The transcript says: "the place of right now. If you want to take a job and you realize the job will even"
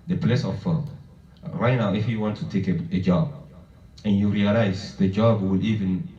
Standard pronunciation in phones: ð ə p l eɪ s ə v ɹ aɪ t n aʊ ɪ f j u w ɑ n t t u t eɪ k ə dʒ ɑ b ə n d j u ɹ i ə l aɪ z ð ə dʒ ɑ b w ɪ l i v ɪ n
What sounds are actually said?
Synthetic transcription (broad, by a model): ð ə p l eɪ s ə b ɹ aɪ t n aʊ ɪ f j u w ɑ n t t u t eɪ k ə dʒ ɑ b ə n j u ɹ i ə l aɪ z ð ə dʒ ɑ b w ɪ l i v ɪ n